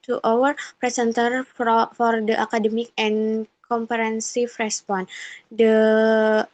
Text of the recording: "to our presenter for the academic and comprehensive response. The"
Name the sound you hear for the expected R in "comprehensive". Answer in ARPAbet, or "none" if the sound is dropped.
none